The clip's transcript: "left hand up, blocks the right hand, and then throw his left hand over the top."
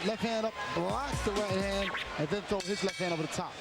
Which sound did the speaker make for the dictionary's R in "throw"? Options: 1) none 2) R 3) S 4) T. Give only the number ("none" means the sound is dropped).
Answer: 1